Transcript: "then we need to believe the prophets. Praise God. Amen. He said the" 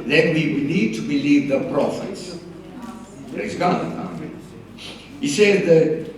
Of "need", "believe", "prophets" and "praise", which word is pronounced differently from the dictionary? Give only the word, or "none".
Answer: praise